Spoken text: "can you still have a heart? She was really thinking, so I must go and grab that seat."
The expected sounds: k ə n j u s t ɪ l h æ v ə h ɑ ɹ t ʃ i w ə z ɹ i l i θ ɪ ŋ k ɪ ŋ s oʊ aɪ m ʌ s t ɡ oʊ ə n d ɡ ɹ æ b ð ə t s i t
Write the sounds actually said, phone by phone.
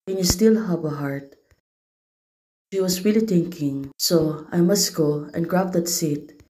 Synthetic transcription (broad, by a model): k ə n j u s t ɪ l h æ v ə h ɑ ɹ t ʃ i w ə s ɹ i l i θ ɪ ŋ k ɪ ŋ s oʊ aɪ m ʌ s t ɡ oʊ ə n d ɡ ɹ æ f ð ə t s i t